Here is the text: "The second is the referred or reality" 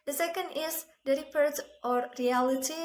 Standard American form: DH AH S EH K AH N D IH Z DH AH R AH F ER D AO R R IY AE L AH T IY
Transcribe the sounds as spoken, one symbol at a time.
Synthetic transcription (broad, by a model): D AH S EH K AH N D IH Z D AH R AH P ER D AO R R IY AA L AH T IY